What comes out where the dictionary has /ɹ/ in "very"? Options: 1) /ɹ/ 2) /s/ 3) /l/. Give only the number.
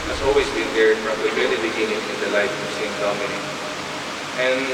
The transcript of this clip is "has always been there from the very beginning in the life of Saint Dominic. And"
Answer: 3